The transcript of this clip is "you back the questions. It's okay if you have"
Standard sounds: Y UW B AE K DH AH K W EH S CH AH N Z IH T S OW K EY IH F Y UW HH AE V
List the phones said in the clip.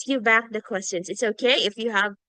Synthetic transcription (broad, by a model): Y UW B AE K DH AH K W EH S CH AH N Z IH T S OW K EY IH F Y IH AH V